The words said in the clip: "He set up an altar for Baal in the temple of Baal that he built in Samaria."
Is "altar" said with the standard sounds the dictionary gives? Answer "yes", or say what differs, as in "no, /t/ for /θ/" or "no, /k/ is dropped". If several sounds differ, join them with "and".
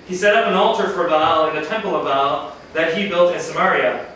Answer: yes